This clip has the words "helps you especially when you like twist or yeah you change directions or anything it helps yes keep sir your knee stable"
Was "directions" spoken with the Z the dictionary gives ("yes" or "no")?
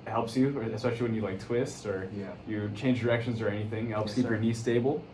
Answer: yes